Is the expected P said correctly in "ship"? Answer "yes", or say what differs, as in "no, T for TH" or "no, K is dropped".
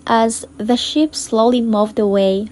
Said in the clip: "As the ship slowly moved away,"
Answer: yes